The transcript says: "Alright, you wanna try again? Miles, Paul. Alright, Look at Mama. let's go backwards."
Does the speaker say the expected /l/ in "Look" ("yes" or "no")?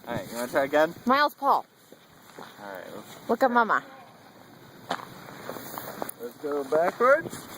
no